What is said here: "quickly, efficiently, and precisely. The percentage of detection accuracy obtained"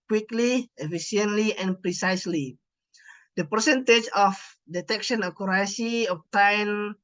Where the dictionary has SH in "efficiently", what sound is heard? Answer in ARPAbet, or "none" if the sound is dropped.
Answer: S